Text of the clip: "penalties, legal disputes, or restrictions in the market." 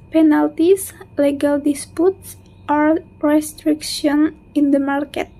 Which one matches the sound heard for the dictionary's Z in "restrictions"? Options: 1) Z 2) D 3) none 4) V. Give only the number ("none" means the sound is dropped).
3